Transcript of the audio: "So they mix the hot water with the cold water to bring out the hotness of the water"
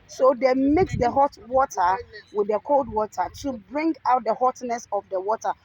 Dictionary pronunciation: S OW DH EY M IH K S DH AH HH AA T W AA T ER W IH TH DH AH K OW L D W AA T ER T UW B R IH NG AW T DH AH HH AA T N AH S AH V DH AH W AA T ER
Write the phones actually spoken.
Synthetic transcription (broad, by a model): S OW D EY M IH K S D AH HH AA T W AA T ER W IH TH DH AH K OW L D W AA T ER T UW B R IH NG AW T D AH HH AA T N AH S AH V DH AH W AA T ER